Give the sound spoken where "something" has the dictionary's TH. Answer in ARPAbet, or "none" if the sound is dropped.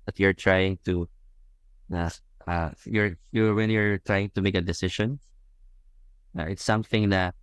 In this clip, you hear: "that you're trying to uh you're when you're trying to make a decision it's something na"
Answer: TH